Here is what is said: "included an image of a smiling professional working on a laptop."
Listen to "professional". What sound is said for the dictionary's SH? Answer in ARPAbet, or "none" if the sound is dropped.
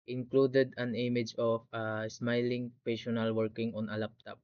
none